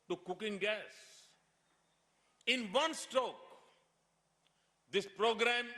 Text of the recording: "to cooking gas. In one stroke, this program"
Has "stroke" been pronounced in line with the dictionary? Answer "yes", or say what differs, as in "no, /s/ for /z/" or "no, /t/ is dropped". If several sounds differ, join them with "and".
no, /ɹ/ is dropped